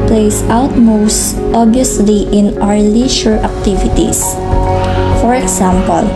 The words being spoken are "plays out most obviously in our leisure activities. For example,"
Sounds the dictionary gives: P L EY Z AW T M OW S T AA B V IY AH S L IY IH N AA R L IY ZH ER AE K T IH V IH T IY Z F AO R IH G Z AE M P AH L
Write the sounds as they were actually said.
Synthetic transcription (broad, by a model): P L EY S AW T M OW S T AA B IY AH S L IY IH N AA R L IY SH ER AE K T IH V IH T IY S F AO R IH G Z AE M P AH L